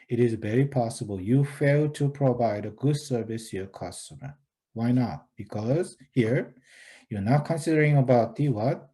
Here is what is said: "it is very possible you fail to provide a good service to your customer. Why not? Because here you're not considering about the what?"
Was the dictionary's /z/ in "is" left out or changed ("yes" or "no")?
no